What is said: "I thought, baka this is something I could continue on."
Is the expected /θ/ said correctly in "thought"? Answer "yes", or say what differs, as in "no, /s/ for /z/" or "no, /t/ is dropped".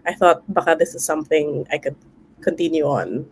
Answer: yes